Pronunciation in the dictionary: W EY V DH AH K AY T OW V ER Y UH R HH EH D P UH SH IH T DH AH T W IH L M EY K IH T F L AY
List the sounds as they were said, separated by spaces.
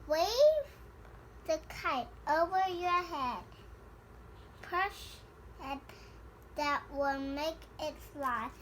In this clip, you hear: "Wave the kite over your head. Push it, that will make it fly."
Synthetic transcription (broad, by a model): W EY V DH AH K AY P OW V ER Y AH R HH EH D P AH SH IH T DH AH T W IH L M EY K IH T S L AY